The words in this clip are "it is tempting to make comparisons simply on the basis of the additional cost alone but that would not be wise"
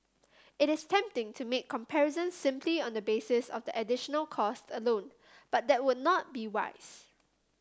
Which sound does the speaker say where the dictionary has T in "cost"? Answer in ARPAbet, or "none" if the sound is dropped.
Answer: T